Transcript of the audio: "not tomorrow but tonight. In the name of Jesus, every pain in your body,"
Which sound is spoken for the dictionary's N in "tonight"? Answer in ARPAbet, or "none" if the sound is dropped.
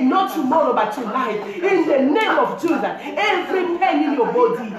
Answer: L